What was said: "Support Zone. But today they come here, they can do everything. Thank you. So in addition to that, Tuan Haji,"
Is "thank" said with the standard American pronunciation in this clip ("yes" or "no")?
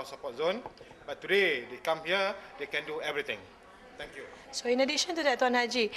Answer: no